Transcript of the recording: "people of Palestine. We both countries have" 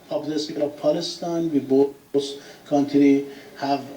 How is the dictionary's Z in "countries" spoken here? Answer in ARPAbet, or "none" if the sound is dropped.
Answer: none